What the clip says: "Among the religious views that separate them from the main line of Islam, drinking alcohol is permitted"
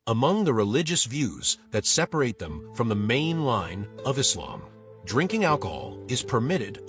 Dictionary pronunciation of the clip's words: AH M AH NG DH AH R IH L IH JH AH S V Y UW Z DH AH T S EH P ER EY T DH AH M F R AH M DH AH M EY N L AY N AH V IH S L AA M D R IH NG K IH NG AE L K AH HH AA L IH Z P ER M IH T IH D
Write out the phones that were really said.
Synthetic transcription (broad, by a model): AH M AH NG DH AH R IH L IH JH AH S V Y UW Z DH AH T S EH P ER EY T DH AH M F R AH M DH AH M EY N L AY N AH V IH S L AA M D R IH NG K IH NG AE L K AH HH AA L IH Z P ER M IH T IH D